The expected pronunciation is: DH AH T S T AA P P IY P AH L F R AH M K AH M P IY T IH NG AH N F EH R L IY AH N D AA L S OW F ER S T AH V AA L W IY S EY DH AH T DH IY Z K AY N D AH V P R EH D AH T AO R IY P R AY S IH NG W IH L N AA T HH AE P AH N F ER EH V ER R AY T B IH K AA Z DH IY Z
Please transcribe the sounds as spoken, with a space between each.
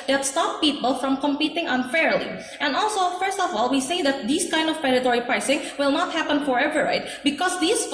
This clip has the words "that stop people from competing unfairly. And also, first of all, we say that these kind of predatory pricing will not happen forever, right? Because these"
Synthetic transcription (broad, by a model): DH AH T S T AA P P IY P AH L F R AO M K AH M P IY T IH NG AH N F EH R L IY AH N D AA L S OW F ER S T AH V AA L W IY S EY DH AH T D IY S K AY N D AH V P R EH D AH T AO R IY P R AY S IH NG W IH L N AA T HH AE P AH N F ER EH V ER R AY T B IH K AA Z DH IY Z